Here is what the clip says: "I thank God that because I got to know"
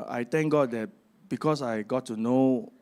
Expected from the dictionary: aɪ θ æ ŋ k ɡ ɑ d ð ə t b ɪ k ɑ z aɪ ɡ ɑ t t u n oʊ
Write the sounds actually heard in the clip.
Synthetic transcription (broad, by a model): aɪ t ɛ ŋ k ɡ ɑ d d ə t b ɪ k ɑ s aɪ ɡ ɑ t t u n oʊ